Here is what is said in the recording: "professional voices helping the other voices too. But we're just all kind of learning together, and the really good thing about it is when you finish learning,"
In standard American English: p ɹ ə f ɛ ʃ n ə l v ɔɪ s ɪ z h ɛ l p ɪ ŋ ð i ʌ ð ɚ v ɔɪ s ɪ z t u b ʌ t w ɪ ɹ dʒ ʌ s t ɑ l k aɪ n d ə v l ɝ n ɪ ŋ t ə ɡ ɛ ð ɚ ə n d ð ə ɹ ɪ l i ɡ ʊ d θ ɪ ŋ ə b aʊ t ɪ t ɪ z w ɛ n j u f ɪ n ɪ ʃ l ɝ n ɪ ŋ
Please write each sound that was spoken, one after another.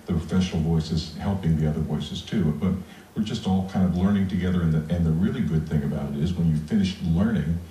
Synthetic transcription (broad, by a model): p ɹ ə f ɛ ʃ n l v ɔɪ s ɪ z h ɛ l p ɪ ŋ ð i ʌ ð ɚ v ɔɪ s ɪ z t u b ʌ t w ɪ ɹ dʒ ʌ s t ɑ l k aɪ n d ə v l ɝ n ɪ ŋ t ə ɡ ɛ ð ɚ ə n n ð ə ɹ ɪ l i ɡ ʊ d θ ɪ ŋ ə b aʊ t ɪ t ɪ z w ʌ n j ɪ f ɪ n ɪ ʃ l ɝ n ɪ ŋ